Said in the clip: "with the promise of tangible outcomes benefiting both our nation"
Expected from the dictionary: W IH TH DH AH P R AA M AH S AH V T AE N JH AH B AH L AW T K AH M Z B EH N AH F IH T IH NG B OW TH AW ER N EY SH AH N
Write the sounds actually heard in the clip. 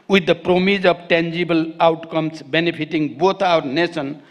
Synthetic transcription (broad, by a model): W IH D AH P R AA M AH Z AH B T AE N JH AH B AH L AW T K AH M S B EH N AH P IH T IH NG B OW T AW ER N EY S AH N